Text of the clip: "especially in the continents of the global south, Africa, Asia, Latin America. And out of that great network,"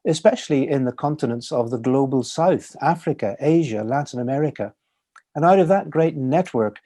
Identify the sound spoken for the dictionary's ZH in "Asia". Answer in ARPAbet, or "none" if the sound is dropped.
ZH